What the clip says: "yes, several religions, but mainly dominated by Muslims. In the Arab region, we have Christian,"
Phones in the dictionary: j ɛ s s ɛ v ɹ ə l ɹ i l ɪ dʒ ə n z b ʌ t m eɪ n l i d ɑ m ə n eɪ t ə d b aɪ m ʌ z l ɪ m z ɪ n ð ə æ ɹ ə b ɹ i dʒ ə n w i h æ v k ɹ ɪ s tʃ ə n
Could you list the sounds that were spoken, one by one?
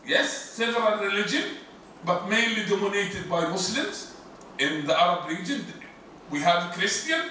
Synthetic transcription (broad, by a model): j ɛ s s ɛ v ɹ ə n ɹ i l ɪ dʒ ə n b ʌ t m eɪ n l i d ɑ m ə n eɪ t ə d b aɪ m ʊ s l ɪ m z ɪ n ð ə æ ɹ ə b ɹ i dʒ ə n w i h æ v k ɹ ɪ s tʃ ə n